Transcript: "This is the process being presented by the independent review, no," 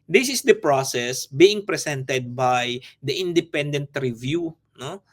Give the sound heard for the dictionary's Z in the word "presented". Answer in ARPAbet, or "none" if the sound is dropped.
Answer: S